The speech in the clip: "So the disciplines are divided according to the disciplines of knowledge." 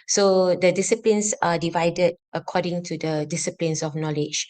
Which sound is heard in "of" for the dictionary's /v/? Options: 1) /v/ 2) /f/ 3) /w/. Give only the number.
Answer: 2